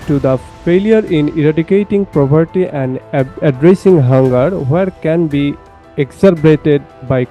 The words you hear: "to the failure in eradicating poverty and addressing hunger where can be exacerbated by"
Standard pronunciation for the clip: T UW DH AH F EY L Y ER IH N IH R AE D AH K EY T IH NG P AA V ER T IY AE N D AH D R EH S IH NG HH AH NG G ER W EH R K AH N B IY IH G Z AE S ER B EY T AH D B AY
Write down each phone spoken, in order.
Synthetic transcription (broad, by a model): T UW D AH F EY L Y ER IH N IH R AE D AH K EY T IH NG P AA P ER T IY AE N D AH D R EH S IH NG HH AH NG G ER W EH R K AH N B IY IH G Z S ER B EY T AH D B AY